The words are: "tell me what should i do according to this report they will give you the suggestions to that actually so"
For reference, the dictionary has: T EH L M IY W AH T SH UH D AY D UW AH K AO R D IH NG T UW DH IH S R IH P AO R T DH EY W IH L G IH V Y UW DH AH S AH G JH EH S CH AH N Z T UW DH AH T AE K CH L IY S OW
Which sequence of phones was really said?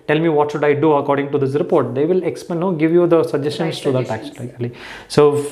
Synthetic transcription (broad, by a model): T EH L M IY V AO T SH UH D AY D UW AH K AO R D IH NG T UW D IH S R IH P AO R T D EY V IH L G IH V Y UW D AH S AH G JH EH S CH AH N S T UW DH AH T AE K S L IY S OW